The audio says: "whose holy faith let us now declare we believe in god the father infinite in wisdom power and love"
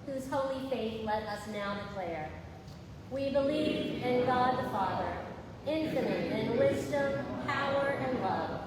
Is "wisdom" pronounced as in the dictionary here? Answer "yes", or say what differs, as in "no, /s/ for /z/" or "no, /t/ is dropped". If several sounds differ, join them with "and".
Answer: yes